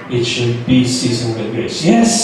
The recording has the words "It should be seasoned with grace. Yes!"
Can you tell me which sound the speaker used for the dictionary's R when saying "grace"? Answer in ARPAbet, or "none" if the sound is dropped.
none